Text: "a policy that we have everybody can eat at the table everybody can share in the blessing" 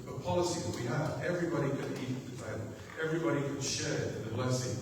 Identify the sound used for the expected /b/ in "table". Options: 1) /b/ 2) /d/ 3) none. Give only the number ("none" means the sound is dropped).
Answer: 3